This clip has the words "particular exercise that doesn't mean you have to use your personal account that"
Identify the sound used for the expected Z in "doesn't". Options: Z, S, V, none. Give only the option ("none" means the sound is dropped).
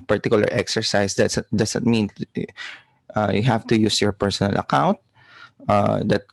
S